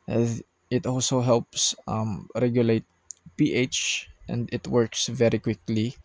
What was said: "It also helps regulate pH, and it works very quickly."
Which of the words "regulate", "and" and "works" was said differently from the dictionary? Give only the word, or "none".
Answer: none